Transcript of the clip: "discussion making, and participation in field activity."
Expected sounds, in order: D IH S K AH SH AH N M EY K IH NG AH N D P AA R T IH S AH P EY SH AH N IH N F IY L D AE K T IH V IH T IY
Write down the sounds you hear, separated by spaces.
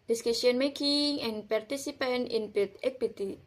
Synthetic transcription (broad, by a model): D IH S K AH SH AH N M EY K IH NG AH N P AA R T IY S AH P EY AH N IH N P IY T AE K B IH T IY